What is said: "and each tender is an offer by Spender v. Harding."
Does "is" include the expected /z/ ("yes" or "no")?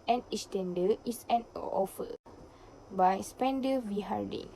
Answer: no